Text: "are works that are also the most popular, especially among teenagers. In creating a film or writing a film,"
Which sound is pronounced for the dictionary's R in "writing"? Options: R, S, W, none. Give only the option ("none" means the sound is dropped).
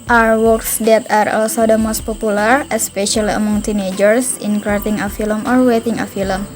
W